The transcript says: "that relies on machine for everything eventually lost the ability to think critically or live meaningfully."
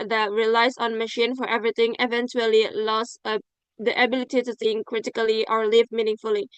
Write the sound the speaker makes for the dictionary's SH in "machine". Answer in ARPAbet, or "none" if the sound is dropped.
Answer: SH